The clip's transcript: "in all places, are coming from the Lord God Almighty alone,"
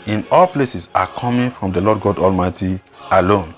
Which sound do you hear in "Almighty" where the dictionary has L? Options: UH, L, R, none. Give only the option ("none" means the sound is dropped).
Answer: L